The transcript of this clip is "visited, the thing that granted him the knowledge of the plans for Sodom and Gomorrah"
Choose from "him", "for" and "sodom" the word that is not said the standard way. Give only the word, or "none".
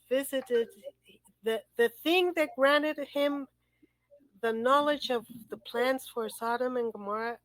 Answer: none